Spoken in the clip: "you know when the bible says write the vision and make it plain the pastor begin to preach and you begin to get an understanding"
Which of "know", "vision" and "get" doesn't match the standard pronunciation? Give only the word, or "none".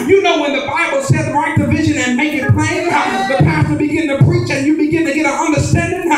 none